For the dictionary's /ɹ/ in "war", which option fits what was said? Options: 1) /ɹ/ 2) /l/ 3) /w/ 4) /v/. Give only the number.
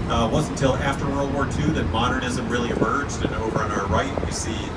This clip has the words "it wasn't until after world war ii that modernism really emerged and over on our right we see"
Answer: 1